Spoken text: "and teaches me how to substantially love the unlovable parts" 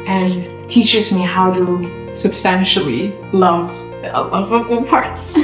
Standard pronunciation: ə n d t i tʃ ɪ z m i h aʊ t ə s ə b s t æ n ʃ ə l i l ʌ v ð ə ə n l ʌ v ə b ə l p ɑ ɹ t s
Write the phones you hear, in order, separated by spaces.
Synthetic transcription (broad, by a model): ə n t i tʃ ɪ z m i h aʊ t ə s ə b s t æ n ʃ l i l ʌ v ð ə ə l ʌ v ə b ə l p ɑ ɹ t s